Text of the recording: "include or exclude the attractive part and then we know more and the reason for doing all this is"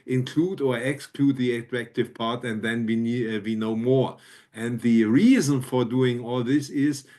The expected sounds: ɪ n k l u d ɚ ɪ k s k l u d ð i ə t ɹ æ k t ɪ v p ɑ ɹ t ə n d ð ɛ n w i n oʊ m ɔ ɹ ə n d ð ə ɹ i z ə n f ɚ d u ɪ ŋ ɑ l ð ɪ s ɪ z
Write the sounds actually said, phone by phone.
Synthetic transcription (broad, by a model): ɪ n k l u d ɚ ɪ k s k l u d ð i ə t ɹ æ k t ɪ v p ɑ ɹ t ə n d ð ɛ n w i n oʊ m ɔ ɹ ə n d ð ə ɹ i z ə n f ɚ d u ɪ ŋ ɑ l ð ɪ s ɪ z